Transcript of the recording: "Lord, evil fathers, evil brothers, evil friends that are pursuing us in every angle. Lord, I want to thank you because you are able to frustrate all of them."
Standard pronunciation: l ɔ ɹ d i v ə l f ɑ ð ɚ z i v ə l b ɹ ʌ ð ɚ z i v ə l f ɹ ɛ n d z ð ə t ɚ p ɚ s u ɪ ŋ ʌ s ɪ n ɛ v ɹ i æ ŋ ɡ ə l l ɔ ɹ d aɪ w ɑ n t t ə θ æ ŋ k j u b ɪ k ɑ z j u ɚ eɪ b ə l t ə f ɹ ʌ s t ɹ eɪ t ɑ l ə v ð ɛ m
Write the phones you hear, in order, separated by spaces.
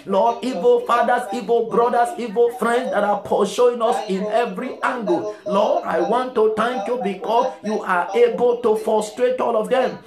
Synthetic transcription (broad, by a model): l ɔ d i v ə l f ɑ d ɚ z i v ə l b ɹ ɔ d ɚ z i v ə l f ɹ ɛ n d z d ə t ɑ p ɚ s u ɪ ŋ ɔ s ɪ n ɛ v ɹ i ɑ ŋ ɡ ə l l ɔ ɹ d aɪ w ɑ n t t ə t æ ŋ k j u b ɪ k ɑ s j u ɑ eɪ b ə l t ə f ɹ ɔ s t ɹ eɪ t ɑ l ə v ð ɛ m